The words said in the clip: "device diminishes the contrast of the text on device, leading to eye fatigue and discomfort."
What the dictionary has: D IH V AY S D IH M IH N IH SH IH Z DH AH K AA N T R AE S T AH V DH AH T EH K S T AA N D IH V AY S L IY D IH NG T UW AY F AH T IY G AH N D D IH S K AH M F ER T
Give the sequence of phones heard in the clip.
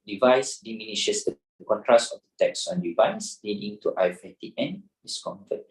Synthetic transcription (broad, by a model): D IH V AY S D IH M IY N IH SH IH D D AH K AA N T R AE S AH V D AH T EH K S AA N D IH V AY S L IY D IH NG T UW AY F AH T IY AH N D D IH S K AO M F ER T